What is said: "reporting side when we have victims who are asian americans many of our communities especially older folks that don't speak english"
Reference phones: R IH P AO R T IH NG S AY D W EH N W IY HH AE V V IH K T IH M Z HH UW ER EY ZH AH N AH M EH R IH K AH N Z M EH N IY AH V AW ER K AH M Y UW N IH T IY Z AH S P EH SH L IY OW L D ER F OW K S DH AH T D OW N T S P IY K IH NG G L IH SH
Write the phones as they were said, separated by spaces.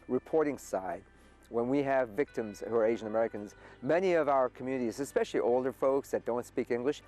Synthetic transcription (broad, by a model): R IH P AO R T IH NG S AY D W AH N W IY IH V V IH K T IH M Z HH UW ER EY ZH AH N AH M EH R IH K AH N Z M EH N IY AH V AW ER K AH M Y UW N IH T IY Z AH S P EH SH L IY OW L D ER F OW K S DH AH T D OW N T S P IY K IH NG G L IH SH